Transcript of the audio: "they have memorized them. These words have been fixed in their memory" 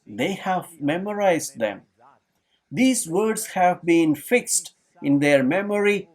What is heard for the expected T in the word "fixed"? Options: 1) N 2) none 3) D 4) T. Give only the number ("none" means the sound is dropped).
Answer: 4